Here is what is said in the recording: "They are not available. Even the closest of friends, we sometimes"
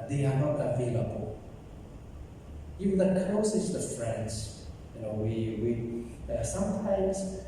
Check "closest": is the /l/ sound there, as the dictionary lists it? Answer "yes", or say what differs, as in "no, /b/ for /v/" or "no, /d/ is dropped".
no, /l/ is dropped